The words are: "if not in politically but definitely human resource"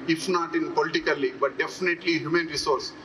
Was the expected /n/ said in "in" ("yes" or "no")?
yes